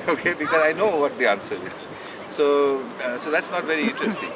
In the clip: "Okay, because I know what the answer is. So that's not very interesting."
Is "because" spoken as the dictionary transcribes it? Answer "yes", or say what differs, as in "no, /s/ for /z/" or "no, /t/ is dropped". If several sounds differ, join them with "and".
yes